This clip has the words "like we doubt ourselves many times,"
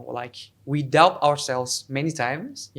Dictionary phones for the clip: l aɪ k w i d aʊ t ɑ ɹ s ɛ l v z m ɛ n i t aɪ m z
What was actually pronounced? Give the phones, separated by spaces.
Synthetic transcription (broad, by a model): l aɪ k w i d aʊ ɑ ɹ s ɛ l v z m ɛ n i t aɪ m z